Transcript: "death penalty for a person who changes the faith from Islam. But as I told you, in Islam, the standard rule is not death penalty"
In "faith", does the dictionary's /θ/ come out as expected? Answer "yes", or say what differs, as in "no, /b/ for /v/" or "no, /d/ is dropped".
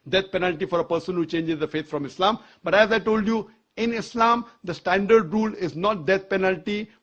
no, /t/ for /θ/